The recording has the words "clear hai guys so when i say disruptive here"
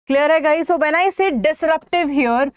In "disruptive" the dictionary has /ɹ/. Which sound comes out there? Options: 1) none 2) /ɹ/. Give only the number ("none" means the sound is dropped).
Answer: 2